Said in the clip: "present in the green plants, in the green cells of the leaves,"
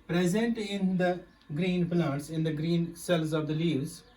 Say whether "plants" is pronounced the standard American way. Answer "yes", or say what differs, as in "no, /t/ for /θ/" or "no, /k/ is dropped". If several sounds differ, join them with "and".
no, /n/ is dropped